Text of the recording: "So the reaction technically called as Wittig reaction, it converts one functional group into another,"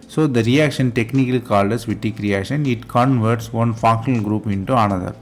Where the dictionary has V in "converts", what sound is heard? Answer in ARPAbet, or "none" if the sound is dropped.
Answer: V